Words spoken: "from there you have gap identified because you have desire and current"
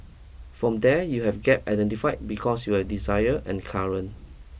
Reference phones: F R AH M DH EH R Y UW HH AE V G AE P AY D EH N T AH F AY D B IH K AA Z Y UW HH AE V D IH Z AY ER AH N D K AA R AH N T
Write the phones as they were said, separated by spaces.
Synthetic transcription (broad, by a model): F R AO M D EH Y UW HH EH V G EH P AY D EH N T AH F AY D B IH K AA S Y UW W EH D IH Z AY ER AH N K AA R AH N